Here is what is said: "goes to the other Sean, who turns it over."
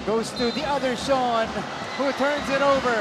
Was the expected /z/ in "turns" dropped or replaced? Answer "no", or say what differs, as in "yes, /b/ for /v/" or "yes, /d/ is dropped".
no